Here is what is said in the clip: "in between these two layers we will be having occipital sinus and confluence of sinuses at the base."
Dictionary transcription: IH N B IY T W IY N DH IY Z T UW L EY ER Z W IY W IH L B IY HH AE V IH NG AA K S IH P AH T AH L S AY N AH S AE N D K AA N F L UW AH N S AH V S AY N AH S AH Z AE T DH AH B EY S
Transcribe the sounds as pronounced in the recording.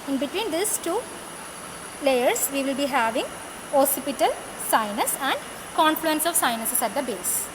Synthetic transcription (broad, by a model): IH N B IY T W IY N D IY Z T UW L EY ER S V IY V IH L B IY HH AE V IH NG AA S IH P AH T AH L S AY N AH S AE N D K AA N F L UW AH N S AH V S AY N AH S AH S AE T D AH B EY S